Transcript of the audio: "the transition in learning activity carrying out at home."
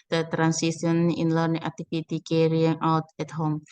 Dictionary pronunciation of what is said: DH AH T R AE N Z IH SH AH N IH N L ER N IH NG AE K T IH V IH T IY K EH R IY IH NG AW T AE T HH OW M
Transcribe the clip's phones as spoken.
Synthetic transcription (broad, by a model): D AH T R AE N S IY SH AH N IH N L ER N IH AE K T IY P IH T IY K EH R IY IH NG AW T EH T HH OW M